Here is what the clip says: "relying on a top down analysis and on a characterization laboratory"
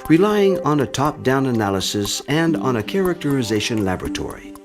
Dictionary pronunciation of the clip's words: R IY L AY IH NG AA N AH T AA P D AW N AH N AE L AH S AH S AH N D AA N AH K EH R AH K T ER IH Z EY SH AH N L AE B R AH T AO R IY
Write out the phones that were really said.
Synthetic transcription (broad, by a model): R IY L AY IH NG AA N AH T AA P D AW N AH N AE L AH S AH S AH N D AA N AH K EH R AH K T ER IH Z EY SH AH N L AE B R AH T AO R IY